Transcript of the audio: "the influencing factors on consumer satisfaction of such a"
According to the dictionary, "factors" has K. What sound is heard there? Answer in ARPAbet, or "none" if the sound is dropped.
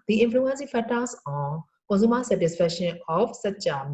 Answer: none